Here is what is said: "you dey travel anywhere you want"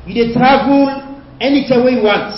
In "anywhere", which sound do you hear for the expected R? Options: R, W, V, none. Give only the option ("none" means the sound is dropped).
W